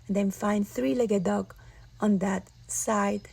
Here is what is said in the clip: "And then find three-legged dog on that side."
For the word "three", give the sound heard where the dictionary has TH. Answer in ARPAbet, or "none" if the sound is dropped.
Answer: TH